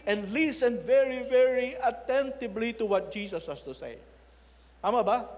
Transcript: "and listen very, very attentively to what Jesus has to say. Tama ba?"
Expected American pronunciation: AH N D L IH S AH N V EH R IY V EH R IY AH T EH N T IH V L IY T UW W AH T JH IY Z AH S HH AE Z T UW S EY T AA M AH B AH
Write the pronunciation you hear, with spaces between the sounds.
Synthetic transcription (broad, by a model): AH N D L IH S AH N V EH R IY V EH R IY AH T EH N T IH B L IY T UW W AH T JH IY S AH S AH S T UW S EY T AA M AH B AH